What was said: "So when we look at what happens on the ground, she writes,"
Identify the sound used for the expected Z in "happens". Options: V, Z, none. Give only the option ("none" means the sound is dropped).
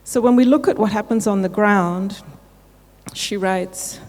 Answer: Z